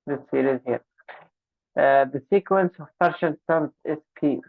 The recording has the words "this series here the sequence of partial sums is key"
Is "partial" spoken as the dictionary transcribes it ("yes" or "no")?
no